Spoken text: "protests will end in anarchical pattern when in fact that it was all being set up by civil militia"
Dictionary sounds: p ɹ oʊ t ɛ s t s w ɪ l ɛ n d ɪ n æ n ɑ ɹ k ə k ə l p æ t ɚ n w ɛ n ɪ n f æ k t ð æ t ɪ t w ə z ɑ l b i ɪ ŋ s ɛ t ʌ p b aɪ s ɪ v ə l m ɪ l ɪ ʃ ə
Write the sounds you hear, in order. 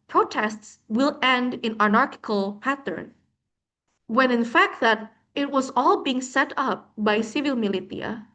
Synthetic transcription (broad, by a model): p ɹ oʊ t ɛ s t s w ɪ l ɛ n d ɪ n æ n ɑ ɹ k ə k ə l p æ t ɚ n w ɛ n ɪ n f æ k t ð æ t ɪ t w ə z ɑ l b i ɪ ŋ s ɛ t ʌ p b aɪ s ɪ v ə l m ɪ l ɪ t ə